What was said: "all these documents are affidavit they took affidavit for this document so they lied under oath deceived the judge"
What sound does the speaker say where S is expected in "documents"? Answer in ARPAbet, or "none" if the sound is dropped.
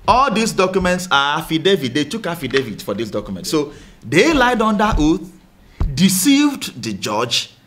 S